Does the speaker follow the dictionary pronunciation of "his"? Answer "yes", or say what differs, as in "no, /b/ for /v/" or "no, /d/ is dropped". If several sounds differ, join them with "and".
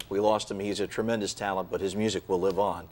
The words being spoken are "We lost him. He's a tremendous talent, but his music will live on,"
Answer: yes